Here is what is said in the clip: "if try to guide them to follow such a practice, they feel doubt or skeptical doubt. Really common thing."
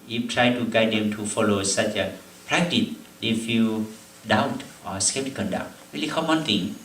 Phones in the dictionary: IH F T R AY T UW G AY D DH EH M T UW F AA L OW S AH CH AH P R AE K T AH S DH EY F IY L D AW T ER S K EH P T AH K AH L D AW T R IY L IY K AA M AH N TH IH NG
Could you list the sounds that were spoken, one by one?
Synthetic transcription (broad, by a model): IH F T R AY T UW G AY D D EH M T UW F AA L OW S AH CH AH P R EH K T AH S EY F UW D AW T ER S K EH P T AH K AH N D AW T R IY L IY K AA M AH N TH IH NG